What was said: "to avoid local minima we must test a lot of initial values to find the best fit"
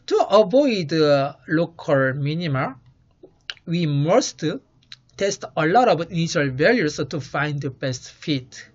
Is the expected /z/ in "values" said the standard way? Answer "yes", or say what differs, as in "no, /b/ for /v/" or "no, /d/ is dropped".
no, /s/ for /z/